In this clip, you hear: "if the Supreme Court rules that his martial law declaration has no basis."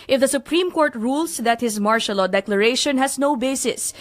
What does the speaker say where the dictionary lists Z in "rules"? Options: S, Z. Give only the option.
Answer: S